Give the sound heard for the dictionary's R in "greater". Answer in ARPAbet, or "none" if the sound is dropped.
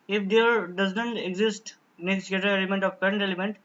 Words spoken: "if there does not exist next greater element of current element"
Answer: none